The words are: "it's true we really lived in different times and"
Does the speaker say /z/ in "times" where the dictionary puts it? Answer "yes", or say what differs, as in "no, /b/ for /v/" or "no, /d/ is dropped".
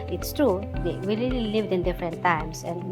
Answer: no, /s/ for /z/